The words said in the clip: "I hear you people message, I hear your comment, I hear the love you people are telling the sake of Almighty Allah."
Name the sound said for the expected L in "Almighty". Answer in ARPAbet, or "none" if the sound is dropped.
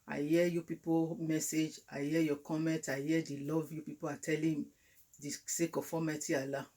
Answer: none